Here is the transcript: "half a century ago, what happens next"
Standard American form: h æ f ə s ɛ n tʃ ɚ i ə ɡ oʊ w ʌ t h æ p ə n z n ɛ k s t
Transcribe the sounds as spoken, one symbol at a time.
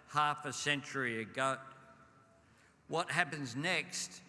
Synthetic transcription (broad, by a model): h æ f ə s ɛ n tʃ ɚ i ə ɡ oʊ w ʌ t h æ p ə n z n ɛ k s t